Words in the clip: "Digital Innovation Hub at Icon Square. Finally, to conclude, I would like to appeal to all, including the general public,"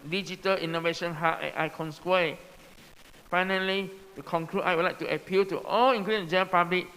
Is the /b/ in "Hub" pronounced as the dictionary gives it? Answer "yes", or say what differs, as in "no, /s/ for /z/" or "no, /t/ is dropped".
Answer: no, /b/ is dropped